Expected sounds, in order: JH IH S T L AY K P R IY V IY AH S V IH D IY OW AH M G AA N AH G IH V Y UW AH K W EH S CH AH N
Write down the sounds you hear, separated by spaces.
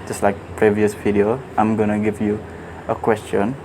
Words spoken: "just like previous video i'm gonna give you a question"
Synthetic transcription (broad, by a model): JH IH S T L AY K P R IY V IY AH S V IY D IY OW AH M G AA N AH G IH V Y UW AH K W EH S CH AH N